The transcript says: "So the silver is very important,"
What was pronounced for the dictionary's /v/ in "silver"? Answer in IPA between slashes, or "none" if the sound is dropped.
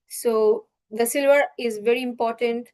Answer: /v/